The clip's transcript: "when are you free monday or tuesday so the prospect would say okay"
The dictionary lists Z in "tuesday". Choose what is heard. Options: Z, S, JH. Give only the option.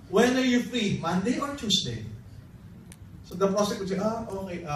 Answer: S